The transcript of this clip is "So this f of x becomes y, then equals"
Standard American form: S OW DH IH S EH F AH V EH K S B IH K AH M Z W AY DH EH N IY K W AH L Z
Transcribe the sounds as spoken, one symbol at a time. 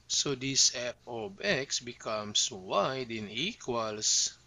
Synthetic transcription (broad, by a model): S OW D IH S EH P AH B EH K S B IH K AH M S W AY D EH N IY K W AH L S